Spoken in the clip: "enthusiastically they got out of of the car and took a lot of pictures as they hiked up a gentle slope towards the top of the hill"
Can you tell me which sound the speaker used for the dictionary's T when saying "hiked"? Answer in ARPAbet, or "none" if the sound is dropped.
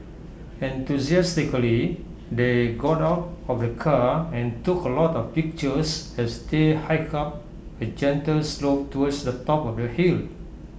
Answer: none